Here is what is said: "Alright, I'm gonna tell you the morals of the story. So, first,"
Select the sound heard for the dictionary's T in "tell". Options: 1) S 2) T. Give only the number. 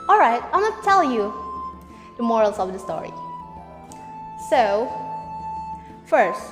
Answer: 2